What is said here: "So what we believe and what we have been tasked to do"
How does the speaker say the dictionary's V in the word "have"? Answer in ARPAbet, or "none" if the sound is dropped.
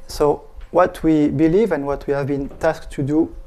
V